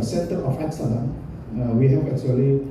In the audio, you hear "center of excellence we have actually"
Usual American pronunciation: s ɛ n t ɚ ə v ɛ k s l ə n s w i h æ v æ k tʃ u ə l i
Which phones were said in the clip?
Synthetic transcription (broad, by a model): s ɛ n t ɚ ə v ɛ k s ə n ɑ w i h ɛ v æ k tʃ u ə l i